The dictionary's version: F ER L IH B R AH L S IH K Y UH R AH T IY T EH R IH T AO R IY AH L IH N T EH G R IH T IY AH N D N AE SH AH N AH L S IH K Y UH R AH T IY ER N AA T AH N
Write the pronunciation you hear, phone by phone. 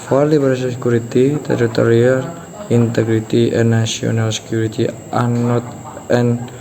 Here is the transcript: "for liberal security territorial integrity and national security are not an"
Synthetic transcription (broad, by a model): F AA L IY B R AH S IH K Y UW R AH T IY T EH R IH T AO R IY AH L IH N T EH G R IH T IY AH N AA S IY AH N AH L S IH K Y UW R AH T IY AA N AA T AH N